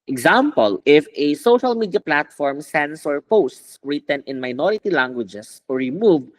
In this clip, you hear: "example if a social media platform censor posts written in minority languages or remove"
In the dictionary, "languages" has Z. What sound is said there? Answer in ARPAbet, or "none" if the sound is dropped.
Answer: S